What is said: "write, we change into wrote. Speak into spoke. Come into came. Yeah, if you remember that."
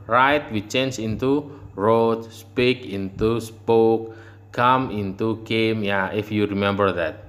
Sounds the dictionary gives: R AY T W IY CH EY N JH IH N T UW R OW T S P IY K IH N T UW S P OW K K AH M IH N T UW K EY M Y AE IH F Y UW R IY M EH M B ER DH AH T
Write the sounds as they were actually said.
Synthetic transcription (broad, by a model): R AY T W IY CH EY N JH IH N T UW R OW T S P IY K IH N T UW S P OW K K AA M IH N T UW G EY M Y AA IH F Y UW R IY M EH M B ER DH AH T